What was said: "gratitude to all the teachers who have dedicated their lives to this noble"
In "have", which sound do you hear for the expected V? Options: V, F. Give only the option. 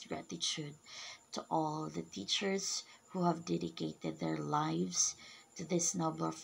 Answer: V